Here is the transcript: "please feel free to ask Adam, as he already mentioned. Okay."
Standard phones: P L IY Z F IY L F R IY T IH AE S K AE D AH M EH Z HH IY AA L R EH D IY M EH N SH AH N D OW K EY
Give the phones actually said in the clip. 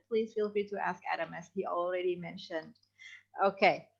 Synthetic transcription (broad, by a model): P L IY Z F IY L F R IY T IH AE S K AE D AH M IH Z HH IY L R EH D IY M EH N SH AH N D OW K EY